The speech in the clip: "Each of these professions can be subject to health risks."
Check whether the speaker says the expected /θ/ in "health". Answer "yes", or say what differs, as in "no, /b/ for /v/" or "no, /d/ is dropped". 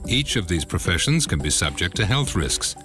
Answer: yes